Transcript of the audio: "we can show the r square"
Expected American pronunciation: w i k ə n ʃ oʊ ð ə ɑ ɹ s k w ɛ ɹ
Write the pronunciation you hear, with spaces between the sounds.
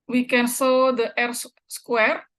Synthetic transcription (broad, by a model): w i k ə n s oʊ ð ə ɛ ɹ s k w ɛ ɹ